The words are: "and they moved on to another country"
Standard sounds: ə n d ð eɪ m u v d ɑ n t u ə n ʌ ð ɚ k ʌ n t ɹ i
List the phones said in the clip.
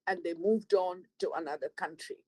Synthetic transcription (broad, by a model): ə n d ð eɪ m u v d ɑ n t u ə n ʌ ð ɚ k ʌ n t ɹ i